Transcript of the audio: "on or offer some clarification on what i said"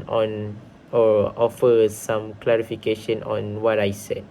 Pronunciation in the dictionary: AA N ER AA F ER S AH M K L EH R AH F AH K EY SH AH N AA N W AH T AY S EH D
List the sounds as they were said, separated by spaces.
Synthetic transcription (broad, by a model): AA N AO AA F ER S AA M K L EH R AH F AH K EY SH AH N AA N W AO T AY S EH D